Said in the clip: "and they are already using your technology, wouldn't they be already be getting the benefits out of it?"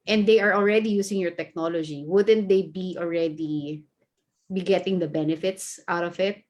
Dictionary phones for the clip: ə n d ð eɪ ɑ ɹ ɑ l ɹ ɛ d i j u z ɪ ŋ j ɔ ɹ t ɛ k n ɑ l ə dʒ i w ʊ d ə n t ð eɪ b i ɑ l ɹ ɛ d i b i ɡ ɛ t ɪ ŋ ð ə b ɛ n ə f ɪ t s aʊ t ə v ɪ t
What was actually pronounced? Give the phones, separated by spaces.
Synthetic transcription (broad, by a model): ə n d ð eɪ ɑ ɹ ɑ l ɹ ɛ d i j u s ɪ ŋ j ɔ ɹ t ɛ k n ɑ l ə dʒ i w ʊ d ə n t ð eɪ b i ɑ l ɹ ɛ d i b i ɡ ɛ t ɪ ŋ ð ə b ɛ n ə f ɪ t s aʊ t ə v ɪ t